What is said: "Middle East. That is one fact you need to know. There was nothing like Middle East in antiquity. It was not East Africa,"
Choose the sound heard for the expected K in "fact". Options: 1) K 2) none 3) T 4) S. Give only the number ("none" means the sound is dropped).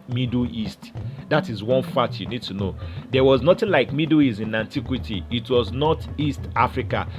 2